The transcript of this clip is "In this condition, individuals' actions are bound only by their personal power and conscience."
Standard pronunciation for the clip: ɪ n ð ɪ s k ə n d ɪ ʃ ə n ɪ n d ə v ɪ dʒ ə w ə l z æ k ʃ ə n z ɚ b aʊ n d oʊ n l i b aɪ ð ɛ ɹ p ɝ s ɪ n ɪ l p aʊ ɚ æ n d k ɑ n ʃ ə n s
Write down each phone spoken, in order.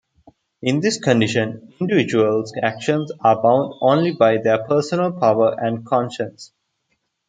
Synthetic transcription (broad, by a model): ɪ n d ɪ s k ə n d ɪ ʃ ə n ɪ n d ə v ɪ dʒ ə ə l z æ k ʃ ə n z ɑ b aʊ n d oʊ n l i b aɪ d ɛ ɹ p ɝ s ɪ n ɪ l p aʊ ɚ æ n d k ɑ n ʃ ə n s